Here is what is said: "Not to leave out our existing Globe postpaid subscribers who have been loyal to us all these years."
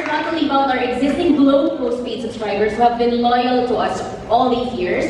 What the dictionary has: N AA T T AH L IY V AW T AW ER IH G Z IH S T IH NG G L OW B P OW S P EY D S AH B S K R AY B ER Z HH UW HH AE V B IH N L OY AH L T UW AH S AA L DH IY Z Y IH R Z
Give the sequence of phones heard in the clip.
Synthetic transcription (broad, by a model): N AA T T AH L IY B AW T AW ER IH G Z IH S T IH NG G L OW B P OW S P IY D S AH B S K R AY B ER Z HH UW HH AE V B IH N L OY AH L T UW AH S AA L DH IY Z Y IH R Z